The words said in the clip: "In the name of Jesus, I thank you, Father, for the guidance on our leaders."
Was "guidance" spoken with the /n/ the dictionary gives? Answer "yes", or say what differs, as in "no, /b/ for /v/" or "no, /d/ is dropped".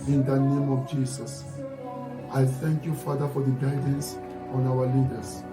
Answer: yes